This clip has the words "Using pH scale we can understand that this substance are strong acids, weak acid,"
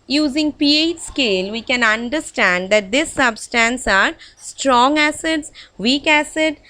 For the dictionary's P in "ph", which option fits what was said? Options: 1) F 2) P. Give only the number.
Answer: 2